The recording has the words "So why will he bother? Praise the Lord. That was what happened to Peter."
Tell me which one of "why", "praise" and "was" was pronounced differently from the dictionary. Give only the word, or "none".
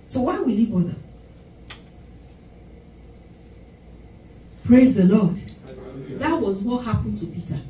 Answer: none